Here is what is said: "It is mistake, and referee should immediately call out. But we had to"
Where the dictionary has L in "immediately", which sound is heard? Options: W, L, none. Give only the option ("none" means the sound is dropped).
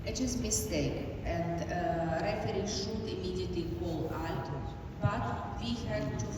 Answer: none